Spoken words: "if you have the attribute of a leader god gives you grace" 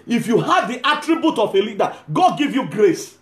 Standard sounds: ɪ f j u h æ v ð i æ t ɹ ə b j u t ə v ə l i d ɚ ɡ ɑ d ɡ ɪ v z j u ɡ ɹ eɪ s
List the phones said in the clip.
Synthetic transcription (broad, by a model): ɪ f j u h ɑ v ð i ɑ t ɹ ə b j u t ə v ə l i d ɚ ɡ ɑ d ɡ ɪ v j u ɡ ɹ eɪ s